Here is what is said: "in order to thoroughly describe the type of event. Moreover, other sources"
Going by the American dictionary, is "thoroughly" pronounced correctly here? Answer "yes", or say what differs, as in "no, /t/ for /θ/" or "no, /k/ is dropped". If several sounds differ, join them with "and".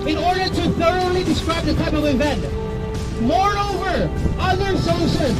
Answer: yes